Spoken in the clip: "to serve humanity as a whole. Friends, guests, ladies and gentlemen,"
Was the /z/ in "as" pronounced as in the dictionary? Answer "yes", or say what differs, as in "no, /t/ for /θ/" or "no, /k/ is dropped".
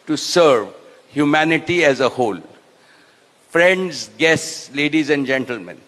yes